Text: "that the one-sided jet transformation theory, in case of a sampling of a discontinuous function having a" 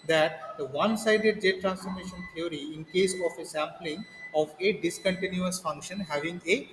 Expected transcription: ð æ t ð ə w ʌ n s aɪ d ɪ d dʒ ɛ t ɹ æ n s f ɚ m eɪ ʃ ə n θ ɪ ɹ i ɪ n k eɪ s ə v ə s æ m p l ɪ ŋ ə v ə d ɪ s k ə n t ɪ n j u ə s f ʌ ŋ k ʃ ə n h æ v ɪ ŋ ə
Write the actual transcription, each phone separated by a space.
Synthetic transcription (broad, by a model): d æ t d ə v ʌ n s aɪ d ɪ d dʒ ɛ t ɹ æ n s f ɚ m eɪ ʃ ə n t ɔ ɹ i ɪ n k eɪ s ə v ə s æ m p l ɪ ŋ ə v ə d ɪ s k ə n t ɪ n j u ə s f ʌ ŋ k ʃ ə n h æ v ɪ ŋ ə